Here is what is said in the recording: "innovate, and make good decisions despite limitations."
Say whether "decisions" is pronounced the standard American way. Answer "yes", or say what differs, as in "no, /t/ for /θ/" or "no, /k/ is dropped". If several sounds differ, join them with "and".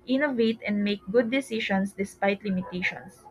no, /ʃ/ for /ʒ/ and /s/ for /z/